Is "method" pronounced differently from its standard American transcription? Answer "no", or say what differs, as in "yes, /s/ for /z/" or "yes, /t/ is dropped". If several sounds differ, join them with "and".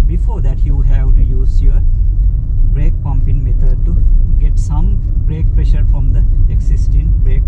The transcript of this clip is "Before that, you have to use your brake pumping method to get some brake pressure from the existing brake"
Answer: yes, /t/ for /θ/